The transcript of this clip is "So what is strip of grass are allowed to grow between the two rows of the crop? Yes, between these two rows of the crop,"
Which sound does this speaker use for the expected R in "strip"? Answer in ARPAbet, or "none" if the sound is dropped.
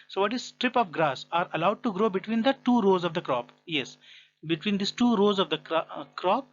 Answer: R